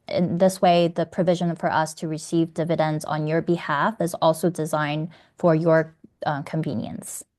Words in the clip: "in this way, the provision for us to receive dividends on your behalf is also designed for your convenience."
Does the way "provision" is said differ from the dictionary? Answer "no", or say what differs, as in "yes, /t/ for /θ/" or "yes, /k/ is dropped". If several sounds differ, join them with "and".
no